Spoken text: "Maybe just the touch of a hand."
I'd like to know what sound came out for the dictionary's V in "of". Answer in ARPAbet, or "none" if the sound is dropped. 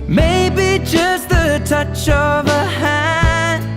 V